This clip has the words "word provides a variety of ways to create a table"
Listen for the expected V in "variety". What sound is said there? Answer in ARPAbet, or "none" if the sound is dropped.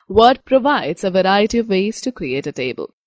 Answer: V